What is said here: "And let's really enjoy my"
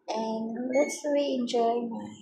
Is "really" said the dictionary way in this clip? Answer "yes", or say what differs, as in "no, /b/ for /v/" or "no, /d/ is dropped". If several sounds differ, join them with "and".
no, /l/ is dropped